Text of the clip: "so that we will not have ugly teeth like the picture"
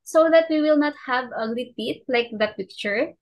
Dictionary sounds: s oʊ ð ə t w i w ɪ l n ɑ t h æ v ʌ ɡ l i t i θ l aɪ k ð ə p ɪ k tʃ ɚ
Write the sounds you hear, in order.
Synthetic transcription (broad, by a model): s oʊ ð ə t w i w ɪ l n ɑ t h æ v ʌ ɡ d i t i t l aɪ k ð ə p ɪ k tʃ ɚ